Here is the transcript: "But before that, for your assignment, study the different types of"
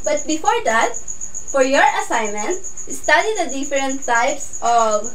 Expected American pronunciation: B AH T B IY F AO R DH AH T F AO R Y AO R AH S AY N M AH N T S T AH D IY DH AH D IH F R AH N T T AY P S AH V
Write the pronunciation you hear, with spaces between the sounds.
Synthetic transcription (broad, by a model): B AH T B IY F AO R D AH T F AO R Y AO R AH S AY N M AH N T S T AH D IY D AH D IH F R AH N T S AY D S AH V